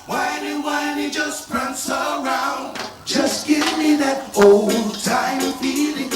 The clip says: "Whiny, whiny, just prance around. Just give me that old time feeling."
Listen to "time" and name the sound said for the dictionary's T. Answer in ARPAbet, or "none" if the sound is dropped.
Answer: T